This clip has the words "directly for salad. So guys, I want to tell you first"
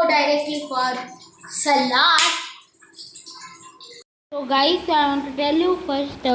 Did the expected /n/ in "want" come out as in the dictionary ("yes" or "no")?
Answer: no